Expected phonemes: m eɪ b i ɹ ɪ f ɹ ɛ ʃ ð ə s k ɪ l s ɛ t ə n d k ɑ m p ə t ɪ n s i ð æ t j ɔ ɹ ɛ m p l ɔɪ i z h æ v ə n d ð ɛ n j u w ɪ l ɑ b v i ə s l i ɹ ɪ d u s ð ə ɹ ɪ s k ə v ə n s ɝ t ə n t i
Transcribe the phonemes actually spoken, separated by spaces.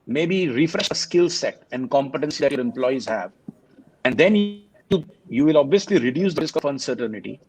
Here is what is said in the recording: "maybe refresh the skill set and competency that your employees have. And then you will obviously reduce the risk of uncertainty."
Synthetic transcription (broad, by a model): m eɪ b i ɹ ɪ f ɹ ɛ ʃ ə s k ɪ l s ɛ t ə n d k ɑ m p ə t ɪ n s i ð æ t j ɔ ɹ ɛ m p l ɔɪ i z h æ v ə n d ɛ n j u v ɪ l ɑ b v i ə s l i ɹ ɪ d u s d ə ɹ ɪ s k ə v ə n s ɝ t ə n t i